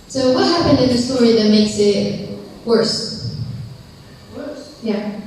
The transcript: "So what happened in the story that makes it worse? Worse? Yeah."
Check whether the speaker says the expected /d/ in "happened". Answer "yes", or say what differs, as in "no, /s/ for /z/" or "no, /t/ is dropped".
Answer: yes